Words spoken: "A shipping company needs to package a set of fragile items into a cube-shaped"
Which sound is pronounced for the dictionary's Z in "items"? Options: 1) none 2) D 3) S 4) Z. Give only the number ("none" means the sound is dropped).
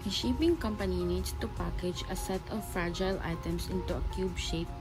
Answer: 3